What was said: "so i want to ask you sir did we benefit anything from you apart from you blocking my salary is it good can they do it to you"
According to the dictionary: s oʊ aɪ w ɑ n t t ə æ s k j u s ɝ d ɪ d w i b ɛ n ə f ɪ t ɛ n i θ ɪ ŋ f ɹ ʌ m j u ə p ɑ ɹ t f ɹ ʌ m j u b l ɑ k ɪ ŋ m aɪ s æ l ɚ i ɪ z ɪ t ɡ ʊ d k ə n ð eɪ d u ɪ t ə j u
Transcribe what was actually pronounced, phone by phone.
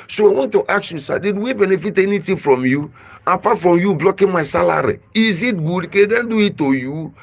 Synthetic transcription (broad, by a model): s oʊ aɪ w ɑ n t t ə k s j u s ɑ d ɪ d w i b ɛ n ə f ɪ t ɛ n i t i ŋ f ɹ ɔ m j u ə p ɑ t f ɹ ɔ m j u b l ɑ k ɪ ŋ m aɪ s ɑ l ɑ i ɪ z ɪ t ɡ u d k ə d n d u ɪ t ə j u